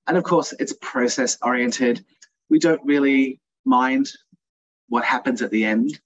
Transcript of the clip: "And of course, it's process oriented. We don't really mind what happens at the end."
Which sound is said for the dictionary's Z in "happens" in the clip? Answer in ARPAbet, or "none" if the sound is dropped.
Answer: Z